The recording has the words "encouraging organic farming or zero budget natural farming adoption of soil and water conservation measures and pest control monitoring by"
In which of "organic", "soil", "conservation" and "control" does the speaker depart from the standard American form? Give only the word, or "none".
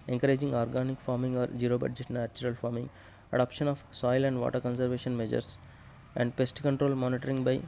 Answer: none